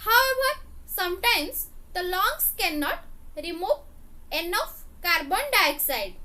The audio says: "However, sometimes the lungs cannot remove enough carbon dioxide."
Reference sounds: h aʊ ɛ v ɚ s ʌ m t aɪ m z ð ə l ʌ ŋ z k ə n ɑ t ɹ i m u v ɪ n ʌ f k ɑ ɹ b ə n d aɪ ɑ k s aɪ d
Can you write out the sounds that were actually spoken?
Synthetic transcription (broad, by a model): h aʊ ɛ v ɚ s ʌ m t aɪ m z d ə l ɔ ŋ s k ə n ɑ t ɹ i m u v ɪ n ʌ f k ɑ ɹ b ə n d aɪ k s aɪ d